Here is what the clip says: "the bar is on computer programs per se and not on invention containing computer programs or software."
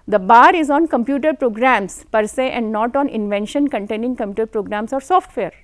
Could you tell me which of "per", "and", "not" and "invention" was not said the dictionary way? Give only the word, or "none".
none